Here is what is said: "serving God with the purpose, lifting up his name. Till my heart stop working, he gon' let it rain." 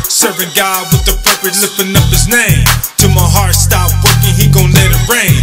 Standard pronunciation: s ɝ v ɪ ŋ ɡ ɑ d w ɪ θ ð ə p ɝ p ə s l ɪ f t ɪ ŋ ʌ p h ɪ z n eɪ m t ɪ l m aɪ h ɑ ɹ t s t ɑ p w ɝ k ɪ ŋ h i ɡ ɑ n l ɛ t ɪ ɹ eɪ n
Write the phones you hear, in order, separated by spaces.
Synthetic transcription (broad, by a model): s ɝ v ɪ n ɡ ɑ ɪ w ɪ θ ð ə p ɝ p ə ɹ l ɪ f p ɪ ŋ ʌ p h ɪ z n eɪ m t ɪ m aɪ h ɑ ɹ t s t ɑ p w ɝ k ɪ ŋ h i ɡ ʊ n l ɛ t ɪ ɹ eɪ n